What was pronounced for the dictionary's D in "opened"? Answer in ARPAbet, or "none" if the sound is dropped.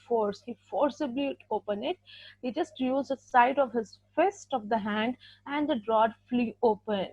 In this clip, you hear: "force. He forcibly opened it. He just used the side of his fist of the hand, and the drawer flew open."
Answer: none